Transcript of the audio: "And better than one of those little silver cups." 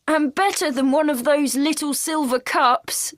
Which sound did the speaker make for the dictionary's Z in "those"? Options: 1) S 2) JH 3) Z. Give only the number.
3